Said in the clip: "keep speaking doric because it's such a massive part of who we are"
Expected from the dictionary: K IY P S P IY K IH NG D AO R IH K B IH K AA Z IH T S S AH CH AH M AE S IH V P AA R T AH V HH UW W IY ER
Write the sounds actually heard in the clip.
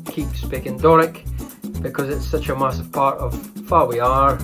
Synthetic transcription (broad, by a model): K IY P S P IY K IH NG D AO R IH K B IH K AA Z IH T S S AH CH AH M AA S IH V P AA R T AH V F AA W IY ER